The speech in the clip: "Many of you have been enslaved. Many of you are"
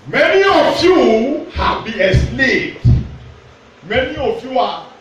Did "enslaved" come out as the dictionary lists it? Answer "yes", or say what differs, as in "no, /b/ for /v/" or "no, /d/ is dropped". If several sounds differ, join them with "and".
no, /n/ is dropped